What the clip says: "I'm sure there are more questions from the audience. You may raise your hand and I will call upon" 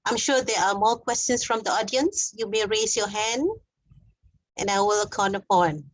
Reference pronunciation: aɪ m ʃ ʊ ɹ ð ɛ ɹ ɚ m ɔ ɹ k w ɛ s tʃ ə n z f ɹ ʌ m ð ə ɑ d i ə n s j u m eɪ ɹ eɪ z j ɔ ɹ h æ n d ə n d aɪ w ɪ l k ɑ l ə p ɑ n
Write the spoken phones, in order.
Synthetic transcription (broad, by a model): aɪ m ʃ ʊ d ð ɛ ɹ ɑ m ɔ k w ɛ s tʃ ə n s f ɹ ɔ m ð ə ɑ d i ə n s j u m eɪ ɹ eɪ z j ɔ h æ n d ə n aɪ w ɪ l k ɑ n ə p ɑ n